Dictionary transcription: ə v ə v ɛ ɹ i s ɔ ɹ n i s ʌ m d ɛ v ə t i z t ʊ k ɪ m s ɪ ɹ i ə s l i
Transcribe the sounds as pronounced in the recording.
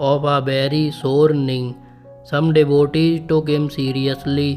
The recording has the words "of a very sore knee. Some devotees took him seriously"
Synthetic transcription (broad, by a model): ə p ə b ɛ ɹ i s ɔ ɹ n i s ʌ m d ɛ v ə t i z t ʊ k ɪ m s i ɹ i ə s l i